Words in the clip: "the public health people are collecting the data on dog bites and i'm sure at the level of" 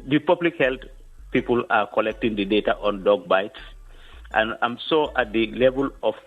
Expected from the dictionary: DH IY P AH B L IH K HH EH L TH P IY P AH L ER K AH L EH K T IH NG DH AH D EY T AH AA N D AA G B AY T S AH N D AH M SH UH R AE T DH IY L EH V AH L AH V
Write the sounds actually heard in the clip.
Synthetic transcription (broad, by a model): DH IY P AH B L IH K HH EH L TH P IY P AH L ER K AH L EH K T IH NG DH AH D EY T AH AA N D AA G B AY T S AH N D AH M S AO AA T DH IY L EH V AH L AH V